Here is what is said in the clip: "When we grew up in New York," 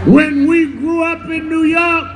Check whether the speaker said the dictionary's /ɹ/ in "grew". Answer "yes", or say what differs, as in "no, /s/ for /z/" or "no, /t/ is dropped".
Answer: yes